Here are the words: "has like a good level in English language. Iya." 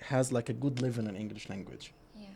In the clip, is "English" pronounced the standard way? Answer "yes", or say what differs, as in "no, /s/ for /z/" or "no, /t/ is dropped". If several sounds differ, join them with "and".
yes